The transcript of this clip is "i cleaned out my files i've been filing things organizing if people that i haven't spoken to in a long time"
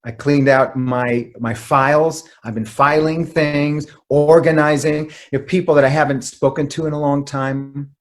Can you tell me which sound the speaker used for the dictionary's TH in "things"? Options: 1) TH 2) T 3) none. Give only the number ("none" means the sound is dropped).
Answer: 1